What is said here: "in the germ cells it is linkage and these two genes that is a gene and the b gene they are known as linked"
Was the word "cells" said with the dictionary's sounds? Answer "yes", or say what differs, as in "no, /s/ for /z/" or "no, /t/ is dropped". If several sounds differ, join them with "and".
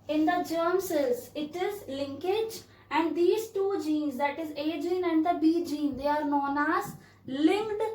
no, /l/ is dropped